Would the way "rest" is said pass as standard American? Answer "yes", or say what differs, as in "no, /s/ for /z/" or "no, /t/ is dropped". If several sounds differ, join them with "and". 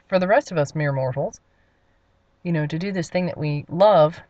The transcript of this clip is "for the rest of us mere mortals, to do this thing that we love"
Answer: yes